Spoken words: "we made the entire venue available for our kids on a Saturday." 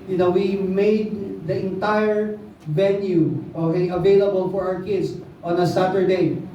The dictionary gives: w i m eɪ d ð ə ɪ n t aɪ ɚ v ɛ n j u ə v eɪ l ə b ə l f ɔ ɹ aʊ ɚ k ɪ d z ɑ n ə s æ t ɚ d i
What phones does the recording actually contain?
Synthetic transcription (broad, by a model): w i m eɪ d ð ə ɪ n t aɪ ɚ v ɛ n j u ə v eɪ l ə b ə l f ɔ ɹ aʊ ɚ k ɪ d s ɑ n ə s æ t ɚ d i